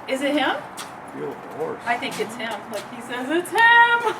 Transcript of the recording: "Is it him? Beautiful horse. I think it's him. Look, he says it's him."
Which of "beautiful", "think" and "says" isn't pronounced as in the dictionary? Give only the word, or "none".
beautiful